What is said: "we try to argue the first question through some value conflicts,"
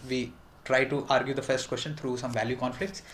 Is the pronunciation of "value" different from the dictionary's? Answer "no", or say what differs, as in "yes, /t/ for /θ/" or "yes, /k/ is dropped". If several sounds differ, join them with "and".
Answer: no